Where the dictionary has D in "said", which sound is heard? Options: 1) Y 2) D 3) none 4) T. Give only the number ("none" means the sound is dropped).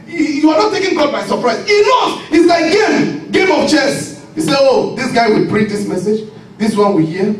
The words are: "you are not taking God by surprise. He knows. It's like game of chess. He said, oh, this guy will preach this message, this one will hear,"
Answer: 3